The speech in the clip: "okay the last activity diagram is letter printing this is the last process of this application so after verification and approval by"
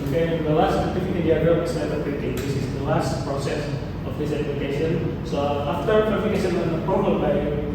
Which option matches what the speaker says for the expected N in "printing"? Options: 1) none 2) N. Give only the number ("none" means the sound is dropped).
1